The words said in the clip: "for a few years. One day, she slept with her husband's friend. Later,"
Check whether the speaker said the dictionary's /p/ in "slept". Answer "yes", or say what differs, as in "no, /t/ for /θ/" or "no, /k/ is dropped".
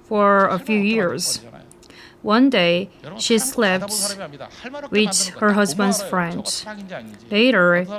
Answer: yes